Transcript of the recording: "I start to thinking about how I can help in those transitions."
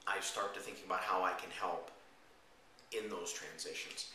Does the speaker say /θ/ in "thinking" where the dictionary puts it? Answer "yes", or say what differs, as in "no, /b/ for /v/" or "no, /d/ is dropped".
yes